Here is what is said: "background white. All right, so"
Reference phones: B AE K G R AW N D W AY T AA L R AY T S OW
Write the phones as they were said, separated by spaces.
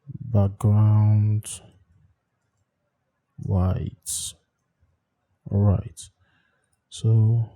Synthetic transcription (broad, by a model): B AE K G R AW N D W AY T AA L R AY T S OW